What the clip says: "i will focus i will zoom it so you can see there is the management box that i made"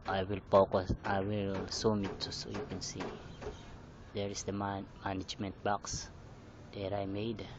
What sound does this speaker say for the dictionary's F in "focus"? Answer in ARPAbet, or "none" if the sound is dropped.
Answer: P